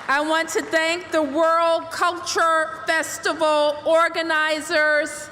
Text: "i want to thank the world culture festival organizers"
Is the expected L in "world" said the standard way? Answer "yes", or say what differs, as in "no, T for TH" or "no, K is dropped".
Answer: yes